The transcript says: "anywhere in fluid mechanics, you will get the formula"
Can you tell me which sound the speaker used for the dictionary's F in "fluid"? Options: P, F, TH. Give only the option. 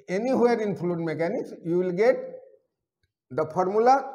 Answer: P